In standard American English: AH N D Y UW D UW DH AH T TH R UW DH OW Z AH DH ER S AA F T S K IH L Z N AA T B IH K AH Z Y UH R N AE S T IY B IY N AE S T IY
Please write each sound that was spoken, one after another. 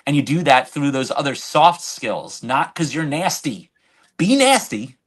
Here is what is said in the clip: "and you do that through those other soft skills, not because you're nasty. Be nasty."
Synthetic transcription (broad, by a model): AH N Y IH D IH DH AH T TH R UW DH OW Z AH DH ER S AA F T S K IH L Z N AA T K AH Z Y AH R N AE S T IY B IY N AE S T IY